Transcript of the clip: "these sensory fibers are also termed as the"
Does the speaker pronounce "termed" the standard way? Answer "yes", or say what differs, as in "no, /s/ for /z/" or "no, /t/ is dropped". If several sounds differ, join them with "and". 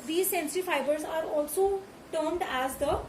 yes